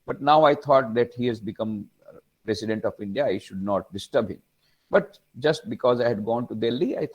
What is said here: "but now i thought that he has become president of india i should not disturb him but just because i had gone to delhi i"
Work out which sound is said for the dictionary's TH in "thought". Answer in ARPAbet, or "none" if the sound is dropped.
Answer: T